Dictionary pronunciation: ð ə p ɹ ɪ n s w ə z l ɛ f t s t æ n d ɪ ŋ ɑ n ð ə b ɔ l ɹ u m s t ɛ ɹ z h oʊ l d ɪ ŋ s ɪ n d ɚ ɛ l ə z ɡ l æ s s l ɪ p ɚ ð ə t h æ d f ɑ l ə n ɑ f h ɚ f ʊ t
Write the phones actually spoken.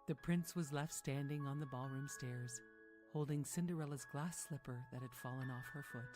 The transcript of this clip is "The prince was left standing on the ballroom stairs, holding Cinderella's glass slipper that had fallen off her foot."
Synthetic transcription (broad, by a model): ð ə p ɹ ɪ n s w ə z l ɛ f t s t æ n d ɪ ŋ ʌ n ð ə b ɔ l ɹ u m s t ɛ ɹ z h oʊ l d ɪ ŋ s ɪ n d ɚ ɛ l ə z ɡ l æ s s l ɪ p ɚ ð ə t h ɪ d f ɑ l ə n ɑ f h ɚ f ʊ t